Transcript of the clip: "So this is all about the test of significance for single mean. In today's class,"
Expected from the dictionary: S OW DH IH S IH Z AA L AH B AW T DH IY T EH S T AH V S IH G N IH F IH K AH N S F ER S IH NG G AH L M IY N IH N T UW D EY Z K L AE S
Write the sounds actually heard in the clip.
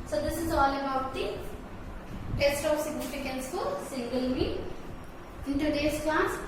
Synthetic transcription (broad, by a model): S OW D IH S IH Z AA L AH B AW T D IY T EH S T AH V S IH G N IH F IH K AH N S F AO S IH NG G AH L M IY IH N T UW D EY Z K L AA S